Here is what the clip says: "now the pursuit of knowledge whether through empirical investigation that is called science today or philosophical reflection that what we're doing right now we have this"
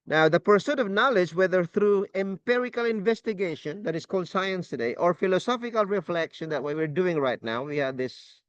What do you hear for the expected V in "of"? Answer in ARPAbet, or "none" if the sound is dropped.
V